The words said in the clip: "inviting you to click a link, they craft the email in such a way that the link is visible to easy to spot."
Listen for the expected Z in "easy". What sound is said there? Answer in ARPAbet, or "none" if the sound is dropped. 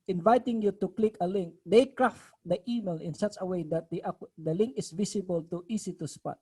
S